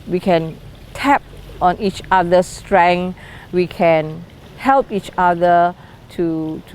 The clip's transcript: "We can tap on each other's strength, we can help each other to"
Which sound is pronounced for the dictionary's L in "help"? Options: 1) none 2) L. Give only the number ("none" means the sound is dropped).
2